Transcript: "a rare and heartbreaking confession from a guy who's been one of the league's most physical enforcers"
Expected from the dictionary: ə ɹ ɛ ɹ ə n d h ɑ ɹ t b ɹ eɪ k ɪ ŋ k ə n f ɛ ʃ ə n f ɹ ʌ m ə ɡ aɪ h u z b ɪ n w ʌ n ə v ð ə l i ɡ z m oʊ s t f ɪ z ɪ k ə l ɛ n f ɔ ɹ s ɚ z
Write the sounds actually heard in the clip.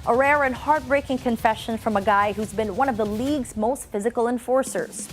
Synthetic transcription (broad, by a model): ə ɹ ɛ ɹ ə n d h ɑ ɹ t b ɹ eɪ k ɪ ŋ k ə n f ɛ ʃ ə n f ɹ ʌ m ə ɡ aɪ h u z b ɪ n w ʌ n ə v ð ə l i ɡ z m oʊ s t f ɪ z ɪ k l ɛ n f ɔ ɹ s ɚ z